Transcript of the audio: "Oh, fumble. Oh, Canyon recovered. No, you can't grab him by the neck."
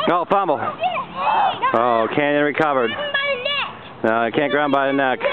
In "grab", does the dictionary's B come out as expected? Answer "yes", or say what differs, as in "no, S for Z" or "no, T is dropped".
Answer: no, B is dropped